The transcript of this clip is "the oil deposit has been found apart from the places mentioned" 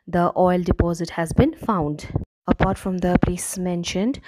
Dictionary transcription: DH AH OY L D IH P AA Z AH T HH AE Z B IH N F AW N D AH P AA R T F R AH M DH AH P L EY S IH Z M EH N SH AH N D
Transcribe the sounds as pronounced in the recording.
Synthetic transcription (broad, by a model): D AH OY L D IH P AA Z AH T HH AE Z B IH N F AW N D AH P AA R T F R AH M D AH P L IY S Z M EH N SH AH N D